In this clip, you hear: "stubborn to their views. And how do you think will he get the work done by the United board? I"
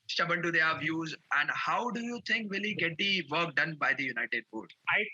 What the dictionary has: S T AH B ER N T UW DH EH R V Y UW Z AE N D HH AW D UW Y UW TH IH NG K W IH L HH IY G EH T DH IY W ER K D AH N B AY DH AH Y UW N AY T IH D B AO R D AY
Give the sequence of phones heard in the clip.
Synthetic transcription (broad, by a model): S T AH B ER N T UW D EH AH V Y UW Z AE N D HH AW D UW Y UW T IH NG K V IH L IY G EH T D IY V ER K D AH N B AY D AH Y UW N AY T IH D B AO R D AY